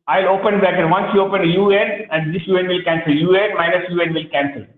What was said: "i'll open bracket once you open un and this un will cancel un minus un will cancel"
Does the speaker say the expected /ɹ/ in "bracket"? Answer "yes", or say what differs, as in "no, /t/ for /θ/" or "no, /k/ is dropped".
no, /ɹ/ is dropped